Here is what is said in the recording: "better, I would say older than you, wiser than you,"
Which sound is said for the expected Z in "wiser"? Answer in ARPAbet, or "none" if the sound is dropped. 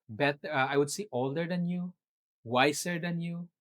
S